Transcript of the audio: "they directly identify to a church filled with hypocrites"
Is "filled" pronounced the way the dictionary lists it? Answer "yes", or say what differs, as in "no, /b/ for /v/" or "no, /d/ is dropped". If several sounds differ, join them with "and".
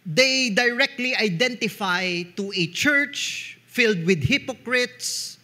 yes